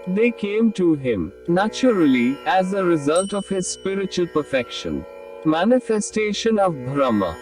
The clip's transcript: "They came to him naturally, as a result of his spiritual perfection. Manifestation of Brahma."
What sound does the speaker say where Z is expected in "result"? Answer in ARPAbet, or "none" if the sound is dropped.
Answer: Z